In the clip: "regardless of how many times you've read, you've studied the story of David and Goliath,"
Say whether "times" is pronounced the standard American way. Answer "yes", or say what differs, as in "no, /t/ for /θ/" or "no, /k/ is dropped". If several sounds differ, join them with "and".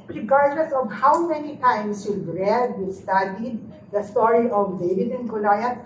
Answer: no, /s/ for /z/